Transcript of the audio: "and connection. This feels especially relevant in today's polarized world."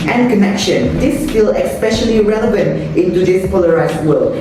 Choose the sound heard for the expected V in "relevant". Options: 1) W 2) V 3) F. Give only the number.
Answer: 2